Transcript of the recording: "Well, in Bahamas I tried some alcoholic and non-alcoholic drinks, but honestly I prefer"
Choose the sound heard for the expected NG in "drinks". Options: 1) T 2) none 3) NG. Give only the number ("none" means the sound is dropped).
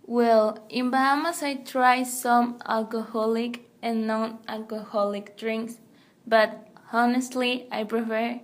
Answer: 3